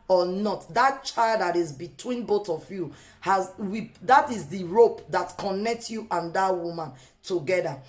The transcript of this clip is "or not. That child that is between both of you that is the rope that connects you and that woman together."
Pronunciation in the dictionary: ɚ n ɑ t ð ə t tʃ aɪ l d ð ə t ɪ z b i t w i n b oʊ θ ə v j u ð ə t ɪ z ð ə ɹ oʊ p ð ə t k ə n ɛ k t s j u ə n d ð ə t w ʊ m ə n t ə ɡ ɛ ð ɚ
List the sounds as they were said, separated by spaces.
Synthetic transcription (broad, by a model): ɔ n ɑ t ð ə t tʃ aɪ l d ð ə t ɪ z b i t w i n b oʊ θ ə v j u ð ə t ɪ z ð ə ɹ oʊ p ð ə t k ə n ɛ k t s j u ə n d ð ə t w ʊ m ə n t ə ɡ ɛ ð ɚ